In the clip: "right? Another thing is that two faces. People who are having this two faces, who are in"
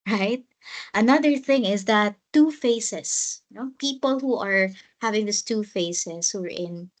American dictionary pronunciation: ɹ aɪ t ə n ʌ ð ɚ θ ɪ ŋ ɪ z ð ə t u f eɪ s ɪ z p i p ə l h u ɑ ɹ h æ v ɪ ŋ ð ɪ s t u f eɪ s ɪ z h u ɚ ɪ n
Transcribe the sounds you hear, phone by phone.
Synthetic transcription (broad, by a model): ɹ aɪ t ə n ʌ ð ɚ θ ɪ ŋ ɪ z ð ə t u f eɪ s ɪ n p i p ə l h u ɑ ɹ h æ v ɪ ŋ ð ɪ s t u f eɪ s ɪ s h u ɚ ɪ n